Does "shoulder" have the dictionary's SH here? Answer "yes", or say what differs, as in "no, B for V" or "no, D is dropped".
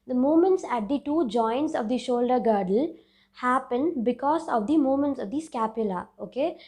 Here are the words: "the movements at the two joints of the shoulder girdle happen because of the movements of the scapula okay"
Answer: yes